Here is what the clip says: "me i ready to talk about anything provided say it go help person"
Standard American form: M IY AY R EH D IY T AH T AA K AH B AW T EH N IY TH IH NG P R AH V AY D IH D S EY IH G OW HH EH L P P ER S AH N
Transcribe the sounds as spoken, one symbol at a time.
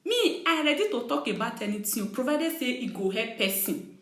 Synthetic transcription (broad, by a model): M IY AY R EH D IY T AH T AA K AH B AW T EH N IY T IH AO P R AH V AY D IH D S EY IH G OW HH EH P P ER S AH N